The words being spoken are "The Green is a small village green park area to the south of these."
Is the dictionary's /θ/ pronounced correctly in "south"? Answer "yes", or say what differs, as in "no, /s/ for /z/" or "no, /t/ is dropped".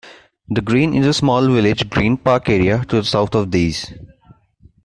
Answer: no, /t/ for /θ/